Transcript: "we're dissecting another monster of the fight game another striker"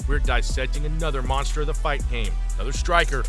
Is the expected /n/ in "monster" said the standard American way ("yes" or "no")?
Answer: yes